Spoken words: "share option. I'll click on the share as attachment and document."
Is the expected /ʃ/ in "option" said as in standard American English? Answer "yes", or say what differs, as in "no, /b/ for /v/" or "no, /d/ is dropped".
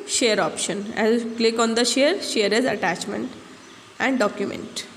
yes